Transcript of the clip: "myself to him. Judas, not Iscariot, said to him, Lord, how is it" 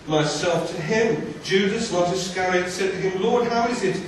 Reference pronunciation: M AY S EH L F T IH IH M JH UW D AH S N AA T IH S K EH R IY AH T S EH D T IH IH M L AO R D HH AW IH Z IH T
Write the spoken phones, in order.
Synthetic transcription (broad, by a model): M AY S EH L F T IH IH M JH UW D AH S L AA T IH S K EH R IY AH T S EH D T IH IH M L AO R D HH AW IH Z IH T